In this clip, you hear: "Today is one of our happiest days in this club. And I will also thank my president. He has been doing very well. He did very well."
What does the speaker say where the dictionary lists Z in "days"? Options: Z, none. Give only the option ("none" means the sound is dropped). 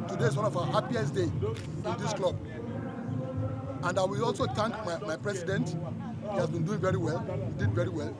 none